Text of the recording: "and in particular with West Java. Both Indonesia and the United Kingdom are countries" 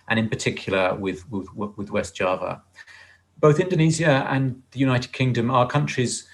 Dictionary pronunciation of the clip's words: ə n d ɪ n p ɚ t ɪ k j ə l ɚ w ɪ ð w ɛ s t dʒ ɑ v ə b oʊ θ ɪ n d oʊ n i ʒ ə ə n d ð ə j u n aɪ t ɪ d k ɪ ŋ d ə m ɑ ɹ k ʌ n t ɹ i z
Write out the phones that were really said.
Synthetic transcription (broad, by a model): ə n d ɪ n p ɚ t ɪ k j ə w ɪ w ɪ ð w ɛ s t dʒ ɑ v ə b oʊ θ ɪ n d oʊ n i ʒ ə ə n ð ə j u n aɪ t ɪ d k ɪ ŋ d ə m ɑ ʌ k ʌ n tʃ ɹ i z